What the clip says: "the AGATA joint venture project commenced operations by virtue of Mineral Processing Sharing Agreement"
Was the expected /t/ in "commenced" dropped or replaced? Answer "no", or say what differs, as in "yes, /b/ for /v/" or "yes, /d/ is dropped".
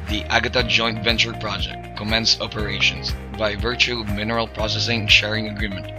yes, /t/ is dropped